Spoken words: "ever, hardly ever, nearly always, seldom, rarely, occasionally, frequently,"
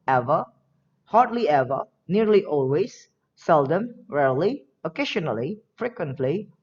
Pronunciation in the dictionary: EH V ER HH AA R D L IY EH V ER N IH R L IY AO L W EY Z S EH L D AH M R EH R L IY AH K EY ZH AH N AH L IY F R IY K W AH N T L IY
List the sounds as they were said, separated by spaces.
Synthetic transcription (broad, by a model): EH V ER HH AA R D L IY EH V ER N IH R L IY AO L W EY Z S EH L D AH M R EH R L IY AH K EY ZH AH N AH L IY F R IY K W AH N T L IY